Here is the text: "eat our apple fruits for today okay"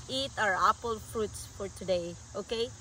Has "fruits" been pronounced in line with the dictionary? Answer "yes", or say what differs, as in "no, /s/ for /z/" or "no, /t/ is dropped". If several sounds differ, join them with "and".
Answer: yes